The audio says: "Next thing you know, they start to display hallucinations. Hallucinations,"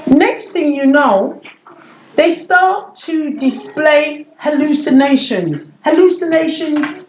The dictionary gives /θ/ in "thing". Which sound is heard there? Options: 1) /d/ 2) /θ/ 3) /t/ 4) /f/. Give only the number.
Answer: 2